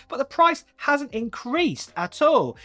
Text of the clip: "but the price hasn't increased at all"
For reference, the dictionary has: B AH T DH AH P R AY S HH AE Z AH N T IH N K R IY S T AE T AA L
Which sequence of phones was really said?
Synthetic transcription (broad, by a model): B AH T DH AH P R AY S HH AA Z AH N T IH N K R IY S T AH T AA L